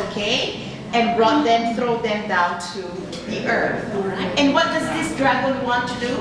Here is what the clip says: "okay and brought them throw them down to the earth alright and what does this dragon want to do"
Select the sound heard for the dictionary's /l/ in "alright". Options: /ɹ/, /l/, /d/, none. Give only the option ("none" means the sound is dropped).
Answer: none